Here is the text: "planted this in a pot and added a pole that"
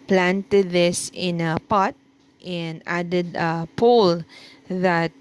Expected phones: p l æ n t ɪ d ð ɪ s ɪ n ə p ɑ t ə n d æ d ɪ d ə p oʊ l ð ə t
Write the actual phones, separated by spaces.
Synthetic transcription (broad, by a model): p l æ n t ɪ d ð ɪ s ɪ n ə p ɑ t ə n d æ d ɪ d ə p oʊ l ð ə t